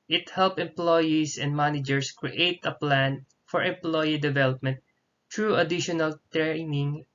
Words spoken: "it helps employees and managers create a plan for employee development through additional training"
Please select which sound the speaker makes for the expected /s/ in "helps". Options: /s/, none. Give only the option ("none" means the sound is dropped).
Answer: none